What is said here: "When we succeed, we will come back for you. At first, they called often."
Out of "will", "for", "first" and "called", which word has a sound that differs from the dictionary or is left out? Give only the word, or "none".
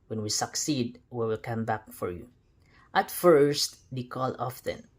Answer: called